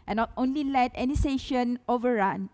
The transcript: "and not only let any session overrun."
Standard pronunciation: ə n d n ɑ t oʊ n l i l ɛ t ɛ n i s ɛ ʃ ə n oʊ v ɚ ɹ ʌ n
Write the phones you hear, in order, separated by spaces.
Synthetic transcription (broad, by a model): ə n n ɑ t oʊ n l i l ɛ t ɛ n i s ɛ ʃ ə n oʊ v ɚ ɹ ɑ n